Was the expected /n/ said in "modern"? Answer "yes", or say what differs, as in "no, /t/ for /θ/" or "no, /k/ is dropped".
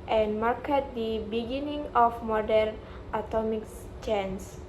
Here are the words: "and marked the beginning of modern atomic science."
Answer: yes